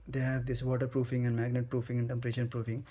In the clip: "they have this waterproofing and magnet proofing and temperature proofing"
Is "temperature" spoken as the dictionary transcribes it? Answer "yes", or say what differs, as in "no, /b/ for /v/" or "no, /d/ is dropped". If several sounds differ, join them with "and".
no, /ʃ/ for /tʃ/